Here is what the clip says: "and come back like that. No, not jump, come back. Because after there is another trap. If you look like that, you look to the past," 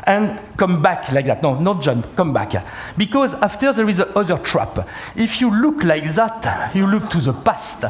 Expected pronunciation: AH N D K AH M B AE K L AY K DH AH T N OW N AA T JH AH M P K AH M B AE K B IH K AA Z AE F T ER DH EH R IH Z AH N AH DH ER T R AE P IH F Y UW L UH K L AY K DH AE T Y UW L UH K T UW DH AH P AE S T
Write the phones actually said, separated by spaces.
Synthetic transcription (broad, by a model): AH N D K AH M B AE K L AY K DH AH T N OW N AA T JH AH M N K AH M B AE K B IH K AA Z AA F T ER DH EH R IH Z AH AH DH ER T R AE P IH F Y UW L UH K L AY K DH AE T Y UW L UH K T UW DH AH P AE S T